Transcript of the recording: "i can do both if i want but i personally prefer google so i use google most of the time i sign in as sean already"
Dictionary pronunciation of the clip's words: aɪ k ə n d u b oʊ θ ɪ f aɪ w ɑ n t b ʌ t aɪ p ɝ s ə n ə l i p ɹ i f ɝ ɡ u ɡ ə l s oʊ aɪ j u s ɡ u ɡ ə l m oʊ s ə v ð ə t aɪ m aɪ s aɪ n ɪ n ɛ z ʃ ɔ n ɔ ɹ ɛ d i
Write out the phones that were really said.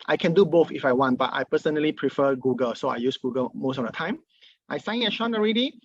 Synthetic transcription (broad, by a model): aɪ k ə n d u b oʊ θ ɪ f aɪ w ɑ n t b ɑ t aɪ p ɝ s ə n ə l i p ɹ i f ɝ ɡ u ɡ ə l s oʊ aɪ j u s ɡ u ɡ ə l m oʊ s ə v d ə t aɪ m aɪ s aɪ ɪ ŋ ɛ ʃ ɔ n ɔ ɹ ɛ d i